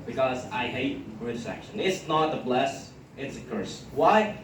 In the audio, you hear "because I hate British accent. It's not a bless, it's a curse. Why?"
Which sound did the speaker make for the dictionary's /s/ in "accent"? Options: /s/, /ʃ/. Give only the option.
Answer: /ʃ/